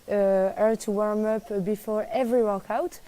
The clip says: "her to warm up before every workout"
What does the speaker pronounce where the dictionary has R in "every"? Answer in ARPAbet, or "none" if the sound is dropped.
R